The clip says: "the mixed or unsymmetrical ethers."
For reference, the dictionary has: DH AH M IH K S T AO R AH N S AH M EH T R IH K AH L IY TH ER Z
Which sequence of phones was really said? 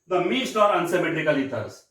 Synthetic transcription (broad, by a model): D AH M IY S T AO R AH N S AH M EH T R IH K AH L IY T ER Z